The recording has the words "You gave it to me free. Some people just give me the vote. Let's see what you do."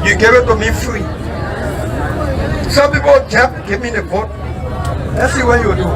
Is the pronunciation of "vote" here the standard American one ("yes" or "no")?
no